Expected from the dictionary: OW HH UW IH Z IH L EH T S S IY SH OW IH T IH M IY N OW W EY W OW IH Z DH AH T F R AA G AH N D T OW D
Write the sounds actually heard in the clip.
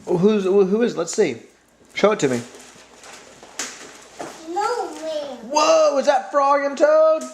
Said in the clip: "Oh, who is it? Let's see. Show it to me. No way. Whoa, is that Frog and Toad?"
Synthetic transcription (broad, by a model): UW HH UW IH Z L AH T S S IY SH OW IH T IH M IY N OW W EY W OW IH Z DH AH T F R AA AH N T OW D